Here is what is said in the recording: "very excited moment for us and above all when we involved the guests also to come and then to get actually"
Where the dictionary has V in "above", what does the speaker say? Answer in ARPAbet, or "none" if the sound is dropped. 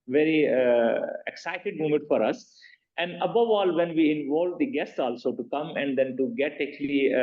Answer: V